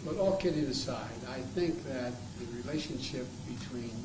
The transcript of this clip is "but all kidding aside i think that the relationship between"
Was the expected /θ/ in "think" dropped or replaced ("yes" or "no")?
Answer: no